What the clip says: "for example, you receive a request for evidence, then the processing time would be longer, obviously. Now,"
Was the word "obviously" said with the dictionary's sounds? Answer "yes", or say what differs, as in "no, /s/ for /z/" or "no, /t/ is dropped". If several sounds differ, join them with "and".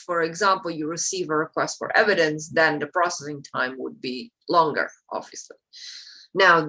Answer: no, /b/ is dropped